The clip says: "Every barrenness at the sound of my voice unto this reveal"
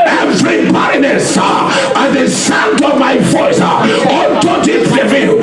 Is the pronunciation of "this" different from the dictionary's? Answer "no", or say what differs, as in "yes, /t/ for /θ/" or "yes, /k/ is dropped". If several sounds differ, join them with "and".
yes, /s/ is dropped